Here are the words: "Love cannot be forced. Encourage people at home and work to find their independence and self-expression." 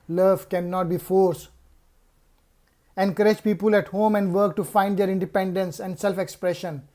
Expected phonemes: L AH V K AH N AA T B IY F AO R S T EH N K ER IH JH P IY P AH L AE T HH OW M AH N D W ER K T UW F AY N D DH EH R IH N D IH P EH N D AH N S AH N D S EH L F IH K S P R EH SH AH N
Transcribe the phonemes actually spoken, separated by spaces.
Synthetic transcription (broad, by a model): L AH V K AH N AA T B IY F AO R S EH N K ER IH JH P IY P AH L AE T HH OW M AH N D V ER K T UW F AY N D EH R IH N D IH P EH N D AH N S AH N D S EH L F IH K S P R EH SH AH N